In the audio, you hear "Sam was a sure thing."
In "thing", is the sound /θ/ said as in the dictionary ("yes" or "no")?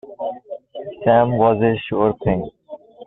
no